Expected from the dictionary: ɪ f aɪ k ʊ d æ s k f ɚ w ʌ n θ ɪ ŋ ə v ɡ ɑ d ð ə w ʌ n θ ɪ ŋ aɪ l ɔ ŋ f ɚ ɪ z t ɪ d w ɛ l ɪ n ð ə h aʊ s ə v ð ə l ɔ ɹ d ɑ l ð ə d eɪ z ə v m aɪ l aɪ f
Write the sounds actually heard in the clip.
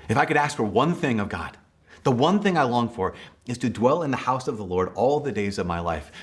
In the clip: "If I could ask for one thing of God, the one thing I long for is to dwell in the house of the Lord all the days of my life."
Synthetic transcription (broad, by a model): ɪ f aɪ k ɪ d æ s k f ɚ w ʌ n θ ɪ ŋ ə v ɡ ɑ d ð ə w ʌ n θ ɪ ŋ aɪ l ɔ ŋ f ɚ ɪ z t ɪ d w ɛ l ɪ n ð ə h aʊ s ə v ð ə l ɔ ɹ d ɑ l ð ə d eɪ z ə v m aɪ l aɪ f